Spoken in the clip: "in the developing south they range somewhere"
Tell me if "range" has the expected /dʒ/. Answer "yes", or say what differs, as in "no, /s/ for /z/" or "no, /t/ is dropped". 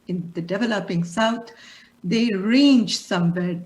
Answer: yes